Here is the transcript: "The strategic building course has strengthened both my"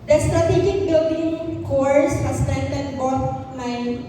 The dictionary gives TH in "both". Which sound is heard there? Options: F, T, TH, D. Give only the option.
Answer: T